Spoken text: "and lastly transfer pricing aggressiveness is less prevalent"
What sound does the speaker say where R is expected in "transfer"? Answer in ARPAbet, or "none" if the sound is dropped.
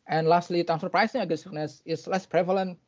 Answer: none